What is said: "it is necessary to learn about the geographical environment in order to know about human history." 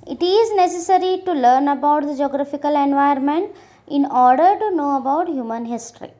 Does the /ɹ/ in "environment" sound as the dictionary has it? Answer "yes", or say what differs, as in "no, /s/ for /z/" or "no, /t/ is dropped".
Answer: no, /ɹ/ is dropped